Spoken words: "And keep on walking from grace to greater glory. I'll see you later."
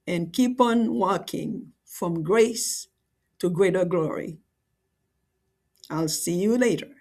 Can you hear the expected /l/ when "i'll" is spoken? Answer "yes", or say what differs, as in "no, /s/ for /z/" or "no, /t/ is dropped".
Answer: yes